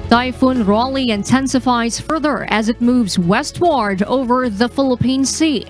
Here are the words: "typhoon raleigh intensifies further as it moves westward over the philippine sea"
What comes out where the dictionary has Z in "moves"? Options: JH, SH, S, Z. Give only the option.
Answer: Z